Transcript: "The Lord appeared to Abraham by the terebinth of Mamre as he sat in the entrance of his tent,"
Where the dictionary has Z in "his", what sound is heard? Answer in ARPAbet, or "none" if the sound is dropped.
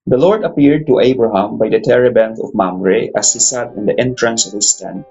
S